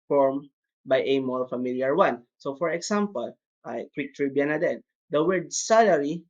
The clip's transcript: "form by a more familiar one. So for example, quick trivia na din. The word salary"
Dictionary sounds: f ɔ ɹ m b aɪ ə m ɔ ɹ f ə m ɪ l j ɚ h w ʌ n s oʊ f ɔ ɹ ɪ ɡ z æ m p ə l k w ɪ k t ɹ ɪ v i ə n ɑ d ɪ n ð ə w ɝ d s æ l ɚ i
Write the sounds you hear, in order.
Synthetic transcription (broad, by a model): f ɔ ɹ m b aɪ ə m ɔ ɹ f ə m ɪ l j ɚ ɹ w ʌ n s oʊ f ɔ ɹ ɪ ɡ s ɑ m p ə l k w ɪ k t ɹ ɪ b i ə n ɑ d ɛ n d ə w ɝ d s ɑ l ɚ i